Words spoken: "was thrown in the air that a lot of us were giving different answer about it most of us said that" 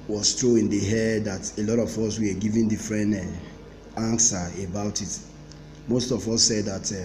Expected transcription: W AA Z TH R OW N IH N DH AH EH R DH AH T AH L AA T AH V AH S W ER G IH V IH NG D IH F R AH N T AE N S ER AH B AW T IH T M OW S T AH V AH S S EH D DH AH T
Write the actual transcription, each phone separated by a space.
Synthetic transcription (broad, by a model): W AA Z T R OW IH N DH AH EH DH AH T AH L AA T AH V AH S W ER G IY V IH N D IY F R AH N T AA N S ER AH B AW T IH T M OW S T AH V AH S S EH D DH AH T